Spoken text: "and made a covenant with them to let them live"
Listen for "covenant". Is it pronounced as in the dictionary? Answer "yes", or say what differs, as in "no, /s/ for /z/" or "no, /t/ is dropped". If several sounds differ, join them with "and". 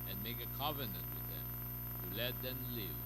yes